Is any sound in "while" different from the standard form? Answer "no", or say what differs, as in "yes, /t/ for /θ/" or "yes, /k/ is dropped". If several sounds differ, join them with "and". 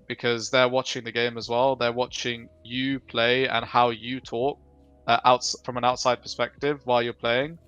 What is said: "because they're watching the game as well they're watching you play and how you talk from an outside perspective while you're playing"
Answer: no